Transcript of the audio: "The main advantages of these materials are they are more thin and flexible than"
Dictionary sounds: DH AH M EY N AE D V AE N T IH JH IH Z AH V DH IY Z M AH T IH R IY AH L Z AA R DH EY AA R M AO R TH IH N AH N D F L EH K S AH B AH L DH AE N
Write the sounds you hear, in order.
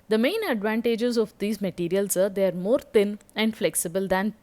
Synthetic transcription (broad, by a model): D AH M EY N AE D V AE N T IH JH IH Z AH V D IY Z M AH T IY R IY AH L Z AA R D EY AA R M AO R T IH N AH N D F L EH K S AH B AH L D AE N